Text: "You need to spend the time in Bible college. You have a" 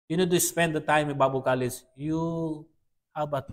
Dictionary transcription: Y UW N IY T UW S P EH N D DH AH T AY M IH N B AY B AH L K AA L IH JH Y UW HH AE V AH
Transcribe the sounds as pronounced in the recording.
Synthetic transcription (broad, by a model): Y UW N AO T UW S P EH N D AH T AY M IH N B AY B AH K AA L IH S Y UW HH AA B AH